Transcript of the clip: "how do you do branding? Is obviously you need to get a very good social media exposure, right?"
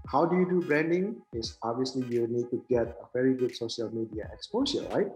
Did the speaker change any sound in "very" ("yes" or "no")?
no